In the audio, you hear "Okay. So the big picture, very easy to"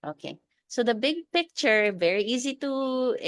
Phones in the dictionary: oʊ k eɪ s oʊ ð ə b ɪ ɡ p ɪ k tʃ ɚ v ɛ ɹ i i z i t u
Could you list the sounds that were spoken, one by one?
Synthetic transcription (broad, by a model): oʊ k eɪ s oʊ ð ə b ɪ ɡ p ɪ k tʃ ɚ v ɛ ɹ i i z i t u